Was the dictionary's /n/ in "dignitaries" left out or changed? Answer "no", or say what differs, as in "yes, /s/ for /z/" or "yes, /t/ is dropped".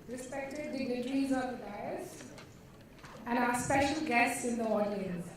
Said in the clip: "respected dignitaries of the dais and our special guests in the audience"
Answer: yes, /l/ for /n/